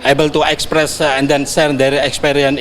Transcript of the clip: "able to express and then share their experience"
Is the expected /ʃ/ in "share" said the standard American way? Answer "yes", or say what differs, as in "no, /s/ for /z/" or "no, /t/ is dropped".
no, /s/ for /ʃ/